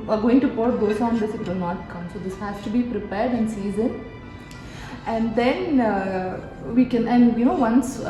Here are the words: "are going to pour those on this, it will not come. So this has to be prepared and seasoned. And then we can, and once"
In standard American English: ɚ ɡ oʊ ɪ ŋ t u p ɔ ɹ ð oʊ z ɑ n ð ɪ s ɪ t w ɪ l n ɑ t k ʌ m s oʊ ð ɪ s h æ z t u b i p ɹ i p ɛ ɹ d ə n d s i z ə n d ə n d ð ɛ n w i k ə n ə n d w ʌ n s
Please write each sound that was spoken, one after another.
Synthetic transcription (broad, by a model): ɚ ɡ oʊ ɪ ŋ t u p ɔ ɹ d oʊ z ɑ n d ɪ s ɪ t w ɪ l n ɑ t k ʌ m s oʊ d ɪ s h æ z t u b i p ɹ i p ɛ ɹ d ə n s i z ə n ə n d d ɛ n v i k ə n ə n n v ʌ n s